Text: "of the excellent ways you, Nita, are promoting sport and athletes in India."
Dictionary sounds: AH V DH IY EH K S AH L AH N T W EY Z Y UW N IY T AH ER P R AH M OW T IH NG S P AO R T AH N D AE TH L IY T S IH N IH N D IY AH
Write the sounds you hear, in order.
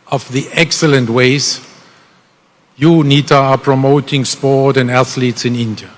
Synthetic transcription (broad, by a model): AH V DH IY EH K S AH L AH N T W EY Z Y UW N IY T AH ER P R AH M OW T IH NG S P AO R T AH N D AE TH L IY T S IH N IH N D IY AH